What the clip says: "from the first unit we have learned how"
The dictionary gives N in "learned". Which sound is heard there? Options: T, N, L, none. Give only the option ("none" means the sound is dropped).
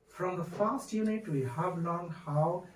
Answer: none